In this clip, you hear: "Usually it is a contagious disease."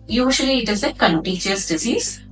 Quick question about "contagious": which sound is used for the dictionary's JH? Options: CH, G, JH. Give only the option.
CH